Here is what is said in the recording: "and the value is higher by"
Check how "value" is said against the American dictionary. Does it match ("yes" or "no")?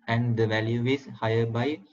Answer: yes